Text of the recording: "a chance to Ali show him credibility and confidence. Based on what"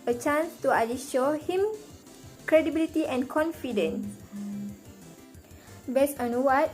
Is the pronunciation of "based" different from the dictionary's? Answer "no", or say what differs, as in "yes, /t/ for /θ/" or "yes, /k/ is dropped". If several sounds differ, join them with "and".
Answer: yes, /t/ is dropped